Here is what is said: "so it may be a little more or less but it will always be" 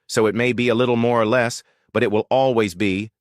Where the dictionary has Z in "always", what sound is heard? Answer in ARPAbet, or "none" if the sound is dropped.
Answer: Z